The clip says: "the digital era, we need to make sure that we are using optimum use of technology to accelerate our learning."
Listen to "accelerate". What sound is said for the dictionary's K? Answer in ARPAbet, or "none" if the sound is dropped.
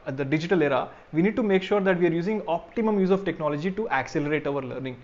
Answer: K